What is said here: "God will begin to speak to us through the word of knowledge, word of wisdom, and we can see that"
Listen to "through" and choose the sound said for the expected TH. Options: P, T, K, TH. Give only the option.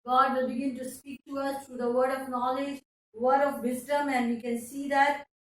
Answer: T